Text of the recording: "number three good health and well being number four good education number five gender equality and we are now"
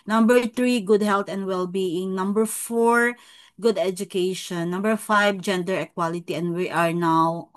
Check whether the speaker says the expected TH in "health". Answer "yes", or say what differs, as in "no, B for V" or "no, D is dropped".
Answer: no, T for TH